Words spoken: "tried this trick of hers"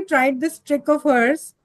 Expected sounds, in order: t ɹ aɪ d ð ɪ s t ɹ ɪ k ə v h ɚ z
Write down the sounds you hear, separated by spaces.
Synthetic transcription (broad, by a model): t ɹ aɪ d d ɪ s t ɹ ɪ k ə v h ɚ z